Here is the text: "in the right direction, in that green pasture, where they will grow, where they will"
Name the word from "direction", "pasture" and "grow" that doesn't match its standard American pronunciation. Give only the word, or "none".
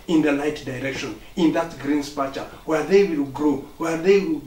pasture